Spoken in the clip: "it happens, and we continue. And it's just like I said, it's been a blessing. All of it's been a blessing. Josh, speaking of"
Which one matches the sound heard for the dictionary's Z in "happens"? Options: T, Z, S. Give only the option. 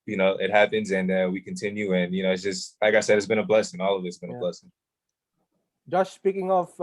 Z